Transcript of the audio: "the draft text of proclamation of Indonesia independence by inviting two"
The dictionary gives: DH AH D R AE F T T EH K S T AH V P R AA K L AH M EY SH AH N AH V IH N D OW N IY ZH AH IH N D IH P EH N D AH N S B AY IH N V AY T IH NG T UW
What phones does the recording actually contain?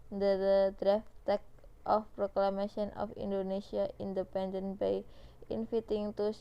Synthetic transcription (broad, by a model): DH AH D R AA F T T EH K T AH F P R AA K L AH M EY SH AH N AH F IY N D OW N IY S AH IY N D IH P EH N D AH N B AY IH N F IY T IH NG T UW